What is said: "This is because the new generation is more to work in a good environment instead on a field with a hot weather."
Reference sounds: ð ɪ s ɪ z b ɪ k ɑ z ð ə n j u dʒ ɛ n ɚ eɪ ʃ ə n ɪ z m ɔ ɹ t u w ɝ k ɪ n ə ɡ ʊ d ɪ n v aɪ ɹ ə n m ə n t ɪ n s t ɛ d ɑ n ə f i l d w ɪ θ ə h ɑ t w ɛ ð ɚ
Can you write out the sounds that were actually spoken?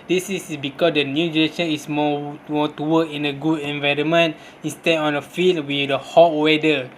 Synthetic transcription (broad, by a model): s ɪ s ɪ s b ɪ k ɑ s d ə n j u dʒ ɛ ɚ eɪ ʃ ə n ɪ s m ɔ w t u w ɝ k ɪ n ə ɡ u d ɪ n v aɪ ɹ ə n m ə n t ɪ n s t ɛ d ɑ n ə f i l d w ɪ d ə h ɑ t w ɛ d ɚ